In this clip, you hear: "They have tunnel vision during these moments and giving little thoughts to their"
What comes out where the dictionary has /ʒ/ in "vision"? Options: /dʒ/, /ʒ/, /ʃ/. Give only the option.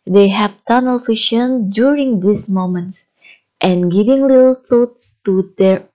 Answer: /ʃ/